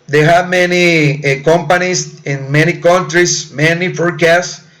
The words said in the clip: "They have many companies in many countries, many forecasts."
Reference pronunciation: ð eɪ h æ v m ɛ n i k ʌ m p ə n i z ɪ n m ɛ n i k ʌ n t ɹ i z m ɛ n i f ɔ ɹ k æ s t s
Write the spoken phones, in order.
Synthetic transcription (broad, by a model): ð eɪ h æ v m ɛ n i k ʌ m p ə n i s ɪ n m ɛ n i k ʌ n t ɹ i s m ɛ n i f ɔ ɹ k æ s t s